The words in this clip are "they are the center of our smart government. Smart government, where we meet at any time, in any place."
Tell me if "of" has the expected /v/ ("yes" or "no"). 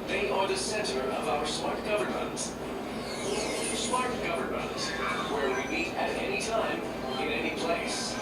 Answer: yes